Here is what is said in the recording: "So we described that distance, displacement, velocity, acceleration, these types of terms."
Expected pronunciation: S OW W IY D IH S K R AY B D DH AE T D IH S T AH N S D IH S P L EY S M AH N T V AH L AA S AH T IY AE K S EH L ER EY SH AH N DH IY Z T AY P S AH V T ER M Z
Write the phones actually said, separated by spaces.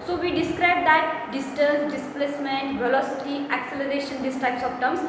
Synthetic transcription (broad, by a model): S OW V IY D IH S K R AY B D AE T D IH S T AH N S D IH S P L EY S M AH N T V AH L AA S AH T IY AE K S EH L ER EY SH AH N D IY S T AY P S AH P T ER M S